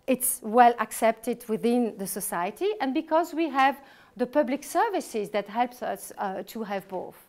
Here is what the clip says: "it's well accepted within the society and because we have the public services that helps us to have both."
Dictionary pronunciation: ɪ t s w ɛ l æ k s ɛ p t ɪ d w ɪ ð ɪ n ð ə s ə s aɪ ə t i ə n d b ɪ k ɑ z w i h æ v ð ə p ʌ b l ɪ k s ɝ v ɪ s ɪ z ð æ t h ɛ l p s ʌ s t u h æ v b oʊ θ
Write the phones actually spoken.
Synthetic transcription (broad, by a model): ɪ t s w ɛ l æ k s ɛ p t ɪ d w ɪ ð ɪ n ð ə s ə s aɪ ə t i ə n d b ɪ k ɑ z w i h æ v ð ə p ʌ b l ɪ k s ɝ v ɪ s ɪ z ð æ t h ɛ l p s ʌ s t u h æ v b oʊ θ